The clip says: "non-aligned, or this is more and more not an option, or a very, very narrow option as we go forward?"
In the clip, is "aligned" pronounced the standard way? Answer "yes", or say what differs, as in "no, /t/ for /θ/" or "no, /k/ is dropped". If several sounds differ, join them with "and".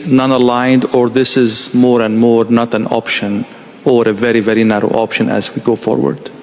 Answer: yes